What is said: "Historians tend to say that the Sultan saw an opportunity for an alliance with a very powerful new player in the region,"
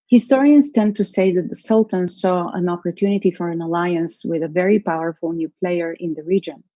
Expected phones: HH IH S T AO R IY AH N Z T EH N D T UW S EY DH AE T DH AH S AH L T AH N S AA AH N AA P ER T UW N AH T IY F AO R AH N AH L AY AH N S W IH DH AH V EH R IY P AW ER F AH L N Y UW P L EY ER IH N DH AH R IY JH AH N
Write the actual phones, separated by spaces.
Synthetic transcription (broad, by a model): HH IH S T AO R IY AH N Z T EH N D T UW S EY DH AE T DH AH S AH L T AH N S AA AH N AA P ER T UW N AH T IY F AO R AH N AH L AY AH N S W IH DH AH V EH R IY P AW ER F AH L N Y UW P L EY ER IH N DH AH R IY JH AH N